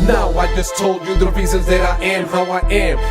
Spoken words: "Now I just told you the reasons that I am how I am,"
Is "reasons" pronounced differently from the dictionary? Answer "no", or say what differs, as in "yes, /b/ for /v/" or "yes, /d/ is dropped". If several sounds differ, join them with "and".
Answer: yes, /s/ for /z/ and /n/ is dropped